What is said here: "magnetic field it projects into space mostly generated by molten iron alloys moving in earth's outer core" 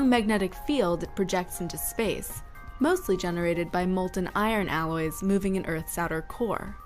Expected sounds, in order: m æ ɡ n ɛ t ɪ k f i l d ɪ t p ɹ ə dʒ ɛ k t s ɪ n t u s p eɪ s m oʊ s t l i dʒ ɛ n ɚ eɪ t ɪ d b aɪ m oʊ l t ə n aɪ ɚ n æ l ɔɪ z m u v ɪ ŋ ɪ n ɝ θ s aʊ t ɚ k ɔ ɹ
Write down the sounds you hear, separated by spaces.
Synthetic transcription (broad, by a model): m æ ɡ n ɛ t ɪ k f i l d ɪ t p ɹ ə dʒ ɛ k t s ɪ n t u s p eɪ s m oʊ s t l i dʒ ɛ n ɚ eɪ t ɪ d b aɪ m oʊ l t n aɪ ɚ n æ l ɔɪ z m u v ɪ ŋ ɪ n ɝ θ s aʊ t ɚ k ɔ ɹ